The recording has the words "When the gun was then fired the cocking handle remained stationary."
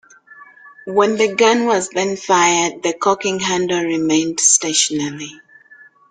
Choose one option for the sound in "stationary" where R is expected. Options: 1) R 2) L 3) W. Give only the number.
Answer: 2